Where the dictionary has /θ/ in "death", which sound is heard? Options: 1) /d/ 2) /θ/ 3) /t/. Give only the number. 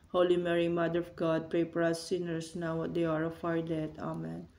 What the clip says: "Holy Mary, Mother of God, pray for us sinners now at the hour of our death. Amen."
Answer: 3